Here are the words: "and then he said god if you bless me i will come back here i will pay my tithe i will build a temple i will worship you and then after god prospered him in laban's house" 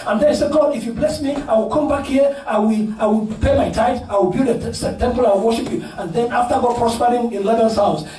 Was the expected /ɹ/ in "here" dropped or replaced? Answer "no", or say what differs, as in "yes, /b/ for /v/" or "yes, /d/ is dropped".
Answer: yes, /l/ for /ɹ/